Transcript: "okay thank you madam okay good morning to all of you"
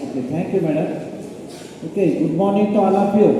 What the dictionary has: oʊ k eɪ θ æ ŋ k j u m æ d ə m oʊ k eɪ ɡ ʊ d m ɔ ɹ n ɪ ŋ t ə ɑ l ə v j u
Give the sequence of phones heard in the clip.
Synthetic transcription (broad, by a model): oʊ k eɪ t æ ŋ k j u m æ d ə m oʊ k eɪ ɡ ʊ d m ɔ ɹ n ɪ ŋ t ə ɑ l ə p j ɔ